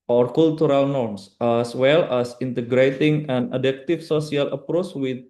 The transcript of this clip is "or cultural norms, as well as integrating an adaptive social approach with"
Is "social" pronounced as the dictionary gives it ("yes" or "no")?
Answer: no